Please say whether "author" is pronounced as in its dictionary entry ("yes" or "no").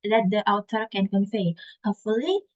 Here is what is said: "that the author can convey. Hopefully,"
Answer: no